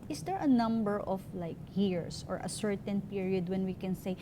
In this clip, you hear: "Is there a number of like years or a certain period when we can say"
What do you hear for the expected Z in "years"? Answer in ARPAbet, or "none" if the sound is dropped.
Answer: S